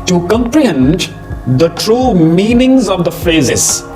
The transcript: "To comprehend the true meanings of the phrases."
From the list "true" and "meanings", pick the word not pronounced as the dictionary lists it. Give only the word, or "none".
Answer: none